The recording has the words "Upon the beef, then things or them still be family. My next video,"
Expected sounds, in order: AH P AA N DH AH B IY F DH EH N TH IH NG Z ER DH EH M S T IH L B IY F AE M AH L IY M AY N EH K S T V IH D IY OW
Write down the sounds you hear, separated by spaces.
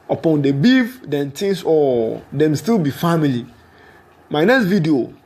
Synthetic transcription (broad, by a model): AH P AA N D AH B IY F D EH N T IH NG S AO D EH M S T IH L B IY F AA M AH L IY M AY N EH K S T V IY D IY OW